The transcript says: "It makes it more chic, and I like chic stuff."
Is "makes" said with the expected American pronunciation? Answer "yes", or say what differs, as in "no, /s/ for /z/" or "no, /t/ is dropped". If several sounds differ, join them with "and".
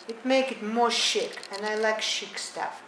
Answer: no, /s/ is dropped